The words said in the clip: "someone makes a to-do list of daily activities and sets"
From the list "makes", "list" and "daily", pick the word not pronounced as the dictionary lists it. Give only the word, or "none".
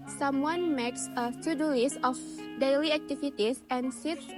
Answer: list